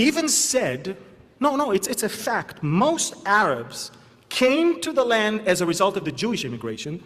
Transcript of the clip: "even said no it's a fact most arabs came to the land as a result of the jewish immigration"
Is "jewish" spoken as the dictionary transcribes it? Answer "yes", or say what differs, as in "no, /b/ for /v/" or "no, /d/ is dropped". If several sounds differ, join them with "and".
yes